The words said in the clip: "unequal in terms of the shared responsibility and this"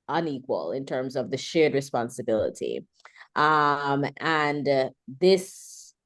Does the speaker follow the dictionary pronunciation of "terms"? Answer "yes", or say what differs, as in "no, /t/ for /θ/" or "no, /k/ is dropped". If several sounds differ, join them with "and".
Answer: yes